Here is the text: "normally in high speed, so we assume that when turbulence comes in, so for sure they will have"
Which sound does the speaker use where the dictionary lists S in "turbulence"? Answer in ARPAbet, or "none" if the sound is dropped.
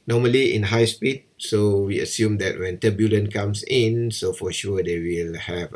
none